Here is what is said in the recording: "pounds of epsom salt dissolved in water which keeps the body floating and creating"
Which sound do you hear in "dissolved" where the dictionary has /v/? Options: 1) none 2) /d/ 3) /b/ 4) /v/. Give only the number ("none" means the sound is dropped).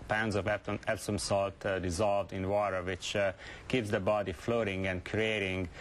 4